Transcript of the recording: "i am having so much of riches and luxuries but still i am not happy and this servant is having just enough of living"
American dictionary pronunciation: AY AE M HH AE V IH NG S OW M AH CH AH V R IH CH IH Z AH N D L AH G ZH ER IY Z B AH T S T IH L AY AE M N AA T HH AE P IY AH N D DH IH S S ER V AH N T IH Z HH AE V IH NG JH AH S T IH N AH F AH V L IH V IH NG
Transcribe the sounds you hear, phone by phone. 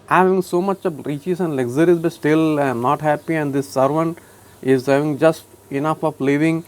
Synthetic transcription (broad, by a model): HH AE V IH NG S OW M AH CH AH V R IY CH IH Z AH N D L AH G Z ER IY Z B AH T S T IH L AY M N AA T HH AE P IY AH N D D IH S S ER V AH N T IH Z HH AE V IH NG JH AH S T IH N AH F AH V L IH V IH NG